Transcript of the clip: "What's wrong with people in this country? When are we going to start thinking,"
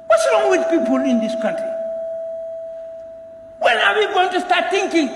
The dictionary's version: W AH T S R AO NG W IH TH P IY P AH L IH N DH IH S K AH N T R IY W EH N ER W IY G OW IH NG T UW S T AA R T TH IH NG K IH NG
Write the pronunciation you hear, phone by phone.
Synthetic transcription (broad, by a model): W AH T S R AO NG W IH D P IY P AH L IH N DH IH S K AH N T R IY W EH L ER W IY G OW IH NG T UW S T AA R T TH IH NG K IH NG